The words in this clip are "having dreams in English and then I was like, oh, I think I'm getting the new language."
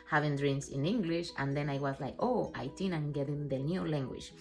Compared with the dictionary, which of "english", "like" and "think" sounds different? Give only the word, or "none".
think